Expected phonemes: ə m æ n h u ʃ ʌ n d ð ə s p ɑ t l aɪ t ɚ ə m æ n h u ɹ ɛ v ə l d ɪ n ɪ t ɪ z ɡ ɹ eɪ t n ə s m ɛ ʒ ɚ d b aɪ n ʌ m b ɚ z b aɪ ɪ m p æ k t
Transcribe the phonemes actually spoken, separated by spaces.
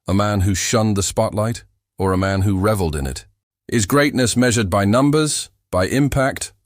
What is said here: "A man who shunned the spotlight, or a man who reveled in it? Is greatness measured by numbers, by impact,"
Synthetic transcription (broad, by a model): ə m æ n h u ʃ ʌ n ð ə s p ɑ t l aɪ t ɚ ə m æ n h u ɹ ɛ v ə l d ɪ n ɪ t ɪ z ɡ ɹ eɪ t n ə s m ɛ ʒ ɚ d b aɪ n ʌ m b ɚ z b aɪ ɪ m p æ k t